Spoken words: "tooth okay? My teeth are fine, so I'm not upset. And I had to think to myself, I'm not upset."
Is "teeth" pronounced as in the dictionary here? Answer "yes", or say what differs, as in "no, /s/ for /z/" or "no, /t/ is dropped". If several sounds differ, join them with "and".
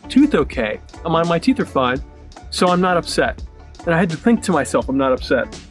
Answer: yes